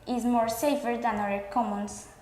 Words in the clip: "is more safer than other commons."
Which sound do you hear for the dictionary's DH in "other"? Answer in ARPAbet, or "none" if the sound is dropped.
none